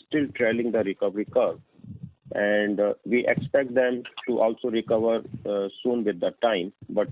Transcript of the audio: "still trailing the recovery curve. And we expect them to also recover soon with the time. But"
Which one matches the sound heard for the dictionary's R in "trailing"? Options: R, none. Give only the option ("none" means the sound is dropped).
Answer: R